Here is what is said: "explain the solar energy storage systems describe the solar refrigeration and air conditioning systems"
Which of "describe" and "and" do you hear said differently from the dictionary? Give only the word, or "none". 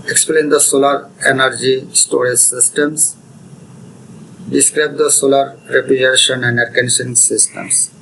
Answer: none